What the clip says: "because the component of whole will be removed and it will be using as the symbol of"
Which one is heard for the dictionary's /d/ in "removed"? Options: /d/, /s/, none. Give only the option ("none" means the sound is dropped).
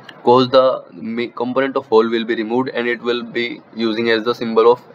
/d/